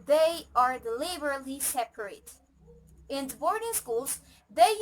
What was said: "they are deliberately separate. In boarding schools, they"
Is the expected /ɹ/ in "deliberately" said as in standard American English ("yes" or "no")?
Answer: no